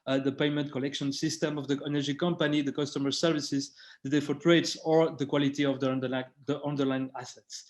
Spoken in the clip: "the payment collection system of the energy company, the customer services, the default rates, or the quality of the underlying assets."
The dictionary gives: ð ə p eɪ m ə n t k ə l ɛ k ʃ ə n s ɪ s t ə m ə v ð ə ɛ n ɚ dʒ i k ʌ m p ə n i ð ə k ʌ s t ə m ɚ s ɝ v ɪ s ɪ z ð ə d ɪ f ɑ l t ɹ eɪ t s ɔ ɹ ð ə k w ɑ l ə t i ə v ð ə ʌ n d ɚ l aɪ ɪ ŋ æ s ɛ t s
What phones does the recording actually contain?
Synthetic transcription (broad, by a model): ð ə p eɪ m ə n t k ə l ɛ k ʃ ə n s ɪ s t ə m ə v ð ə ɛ n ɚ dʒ i k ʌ m p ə n i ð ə k ʌ s t ə m ɚ s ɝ v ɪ s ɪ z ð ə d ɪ f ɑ t ɹ eɪ t s ɔ ɹ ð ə k w ɑ l ə t i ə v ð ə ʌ n d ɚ l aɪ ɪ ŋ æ s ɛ t s